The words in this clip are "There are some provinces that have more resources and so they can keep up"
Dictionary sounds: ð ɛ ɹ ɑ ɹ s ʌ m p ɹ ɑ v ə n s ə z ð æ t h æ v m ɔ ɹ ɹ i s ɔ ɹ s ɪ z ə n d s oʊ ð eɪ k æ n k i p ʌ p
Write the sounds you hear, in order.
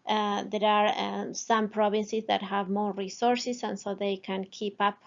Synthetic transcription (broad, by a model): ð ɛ ɹ ɑ ɹ s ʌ m p ɹ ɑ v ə n s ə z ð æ t h æ v m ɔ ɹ ɹ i s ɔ ɹ s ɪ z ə n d s oʊ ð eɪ k æ n k i p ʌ p